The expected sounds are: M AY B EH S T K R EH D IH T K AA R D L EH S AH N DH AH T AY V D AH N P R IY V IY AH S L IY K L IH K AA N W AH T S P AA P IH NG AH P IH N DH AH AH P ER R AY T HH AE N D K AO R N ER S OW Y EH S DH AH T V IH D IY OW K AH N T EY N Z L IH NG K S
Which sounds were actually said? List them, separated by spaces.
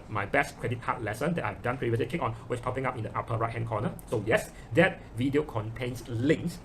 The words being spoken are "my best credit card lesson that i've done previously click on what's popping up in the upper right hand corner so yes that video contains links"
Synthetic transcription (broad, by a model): M AY B EH S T K R EH D IH T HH AA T L EH S AH N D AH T AY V D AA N P R IY V IY AH S L IY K IH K AA N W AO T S P AA P IH NG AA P IH N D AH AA P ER R AY T HH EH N K AO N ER S OW Y EH S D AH T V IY D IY OW K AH N T EY N S L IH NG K S